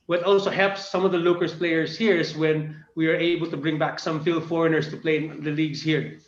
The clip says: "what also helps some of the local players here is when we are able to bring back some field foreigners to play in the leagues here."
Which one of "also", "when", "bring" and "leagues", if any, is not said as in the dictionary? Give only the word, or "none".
leagues